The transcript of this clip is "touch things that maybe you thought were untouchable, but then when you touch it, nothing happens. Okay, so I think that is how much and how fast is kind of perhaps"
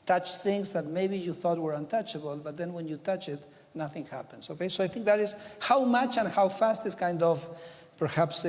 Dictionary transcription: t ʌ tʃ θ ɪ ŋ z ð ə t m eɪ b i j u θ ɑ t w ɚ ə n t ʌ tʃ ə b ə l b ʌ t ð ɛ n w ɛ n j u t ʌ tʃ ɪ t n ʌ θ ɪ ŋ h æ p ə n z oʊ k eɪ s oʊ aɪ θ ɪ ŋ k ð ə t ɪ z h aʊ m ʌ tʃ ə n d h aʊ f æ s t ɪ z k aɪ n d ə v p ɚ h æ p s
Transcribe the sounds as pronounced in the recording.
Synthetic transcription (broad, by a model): t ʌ tʃ θ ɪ ŋ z ð ə t m eɪ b i j u θ ɑ t w ɚ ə n t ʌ tʃ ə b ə l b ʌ t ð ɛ n w ɛ n j u t ʌ tʃ ɪ t n ʌ θ ɪ ŋ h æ p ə n s oʊ k eɪ s oʊ aɪ θ ɪ ŋ k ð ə t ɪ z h aʊ m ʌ tʃ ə n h aʊ f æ s t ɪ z k aɪ n d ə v p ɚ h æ p s